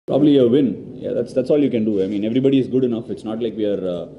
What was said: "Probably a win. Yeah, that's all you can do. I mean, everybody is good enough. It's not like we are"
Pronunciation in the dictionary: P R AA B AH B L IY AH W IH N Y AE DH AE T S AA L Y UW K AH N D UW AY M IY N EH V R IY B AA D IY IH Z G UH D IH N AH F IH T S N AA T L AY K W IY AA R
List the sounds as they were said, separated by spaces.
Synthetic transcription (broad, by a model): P R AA B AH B L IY AH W IH N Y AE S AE T S AA L Y UW K AH N D UW AY M IY N EH V R IY B AA D IY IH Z G UH D IH N AH F IH T S N AA T L AY K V IY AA R